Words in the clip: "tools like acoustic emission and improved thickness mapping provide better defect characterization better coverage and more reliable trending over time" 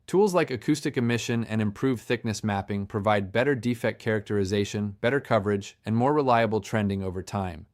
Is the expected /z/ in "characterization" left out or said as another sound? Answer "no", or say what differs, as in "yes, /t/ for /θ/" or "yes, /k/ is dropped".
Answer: no